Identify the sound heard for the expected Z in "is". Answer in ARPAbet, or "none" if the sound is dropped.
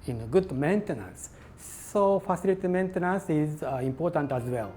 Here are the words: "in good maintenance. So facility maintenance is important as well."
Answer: Z